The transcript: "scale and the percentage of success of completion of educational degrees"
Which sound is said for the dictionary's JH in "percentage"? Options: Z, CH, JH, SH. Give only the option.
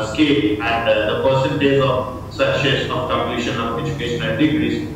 Z